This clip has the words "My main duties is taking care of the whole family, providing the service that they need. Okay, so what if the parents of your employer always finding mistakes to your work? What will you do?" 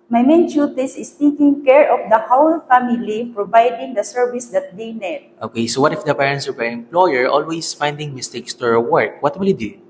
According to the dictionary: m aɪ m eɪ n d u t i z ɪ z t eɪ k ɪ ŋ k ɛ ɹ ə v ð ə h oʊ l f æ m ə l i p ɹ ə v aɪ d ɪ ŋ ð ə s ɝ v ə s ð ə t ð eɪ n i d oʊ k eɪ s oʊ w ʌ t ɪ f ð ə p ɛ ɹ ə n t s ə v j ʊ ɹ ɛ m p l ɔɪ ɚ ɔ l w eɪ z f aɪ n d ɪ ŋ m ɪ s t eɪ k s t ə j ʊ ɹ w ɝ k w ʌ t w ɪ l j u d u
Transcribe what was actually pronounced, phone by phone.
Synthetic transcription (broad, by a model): m aɪ m eɪ n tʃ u t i s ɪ s t eɪ k ɪ ŋ k ɛ ɹ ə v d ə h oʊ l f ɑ m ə l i p ɹ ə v aɪ d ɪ ŋ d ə s ɝ v ə s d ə t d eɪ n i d oʊ k eɪ s oʊ w ʌ t ɪ f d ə p ɛ ɹ ə n t s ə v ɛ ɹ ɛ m p l ɔɪ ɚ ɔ l w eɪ s f aɪ n d ɪ ŋ m ɪ s t eɪ k s t ə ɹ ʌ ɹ w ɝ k w ʌ t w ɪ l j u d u